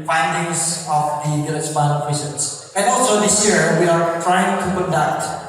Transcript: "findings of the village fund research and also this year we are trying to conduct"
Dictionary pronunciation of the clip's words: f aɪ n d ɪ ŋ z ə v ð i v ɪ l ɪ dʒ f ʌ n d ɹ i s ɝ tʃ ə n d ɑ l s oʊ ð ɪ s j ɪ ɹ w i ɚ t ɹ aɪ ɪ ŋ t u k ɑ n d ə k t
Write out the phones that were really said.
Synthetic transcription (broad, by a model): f aɪ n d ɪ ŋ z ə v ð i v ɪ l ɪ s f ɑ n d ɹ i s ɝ s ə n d ɑ l s oʊ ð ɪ s j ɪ ɹ w i ɚ t ɹ aɪ ɪ ŋ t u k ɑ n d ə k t